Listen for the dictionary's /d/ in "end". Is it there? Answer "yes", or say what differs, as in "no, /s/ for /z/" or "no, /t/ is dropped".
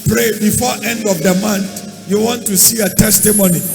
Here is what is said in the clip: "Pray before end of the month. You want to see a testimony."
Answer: yes